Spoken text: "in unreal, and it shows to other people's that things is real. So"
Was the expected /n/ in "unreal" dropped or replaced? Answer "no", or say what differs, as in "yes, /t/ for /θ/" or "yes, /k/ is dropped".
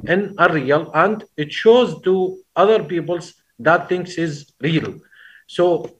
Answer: yes, /n/ is dropped